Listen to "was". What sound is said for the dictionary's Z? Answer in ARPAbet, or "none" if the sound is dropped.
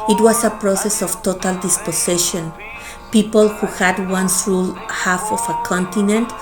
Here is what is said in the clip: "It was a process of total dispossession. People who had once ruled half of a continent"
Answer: S